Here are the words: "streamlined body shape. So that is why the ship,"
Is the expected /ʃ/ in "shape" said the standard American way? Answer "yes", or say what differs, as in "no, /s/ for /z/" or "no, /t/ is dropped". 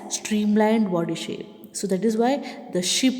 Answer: yes